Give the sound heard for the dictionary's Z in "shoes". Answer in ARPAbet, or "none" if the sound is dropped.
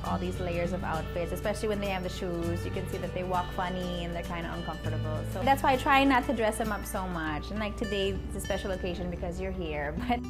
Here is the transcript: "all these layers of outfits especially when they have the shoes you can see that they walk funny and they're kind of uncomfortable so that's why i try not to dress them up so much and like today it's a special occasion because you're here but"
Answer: Z